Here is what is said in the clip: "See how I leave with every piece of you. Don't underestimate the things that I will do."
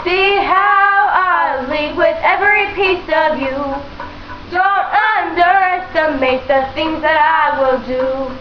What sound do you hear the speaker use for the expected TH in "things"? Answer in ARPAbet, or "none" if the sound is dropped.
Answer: TH